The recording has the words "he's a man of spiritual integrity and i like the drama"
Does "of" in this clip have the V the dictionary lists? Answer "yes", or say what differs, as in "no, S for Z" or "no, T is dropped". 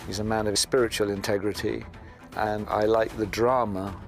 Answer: yes